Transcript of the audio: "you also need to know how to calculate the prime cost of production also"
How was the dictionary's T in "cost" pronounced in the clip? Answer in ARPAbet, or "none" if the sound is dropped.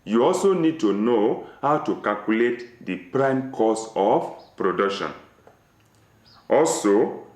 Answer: none